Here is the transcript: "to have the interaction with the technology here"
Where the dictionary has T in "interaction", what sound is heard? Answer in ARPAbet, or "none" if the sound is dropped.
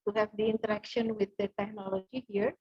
T